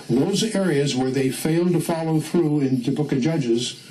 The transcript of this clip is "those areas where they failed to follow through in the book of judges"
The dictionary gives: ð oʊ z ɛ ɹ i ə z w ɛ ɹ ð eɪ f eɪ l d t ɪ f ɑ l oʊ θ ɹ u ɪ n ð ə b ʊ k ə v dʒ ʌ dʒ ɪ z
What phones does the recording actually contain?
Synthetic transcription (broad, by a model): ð oʊ z ɛ ɹ i ə z w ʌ ɹ ð eɪ f eɪ l d t ɪ f ɑ l oʊ θ ɹ u ɪ n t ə b ʊ k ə dʒ ʌ dʒ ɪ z